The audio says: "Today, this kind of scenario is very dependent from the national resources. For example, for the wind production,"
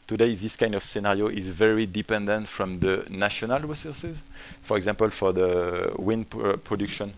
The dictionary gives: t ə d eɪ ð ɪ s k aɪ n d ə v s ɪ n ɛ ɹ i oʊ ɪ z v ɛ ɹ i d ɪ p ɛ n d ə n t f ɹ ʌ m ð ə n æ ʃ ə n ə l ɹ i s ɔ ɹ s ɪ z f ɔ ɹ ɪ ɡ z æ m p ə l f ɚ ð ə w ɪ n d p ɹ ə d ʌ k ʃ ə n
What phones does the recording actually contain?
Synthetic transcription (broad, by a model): t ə d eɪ ð ɪ s k aɪ n d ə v s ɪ n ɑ ɹ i oʊ ɪ z v ɛ ɹ i d ɪ p ɛ n d ə n t f ɹ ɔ m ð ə n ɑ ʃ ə n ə l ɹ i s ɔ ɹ s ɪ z f ɔ ɹ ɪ ɡ z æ m p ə l f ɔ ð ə w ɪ n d p ɹ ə d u k ʃ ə n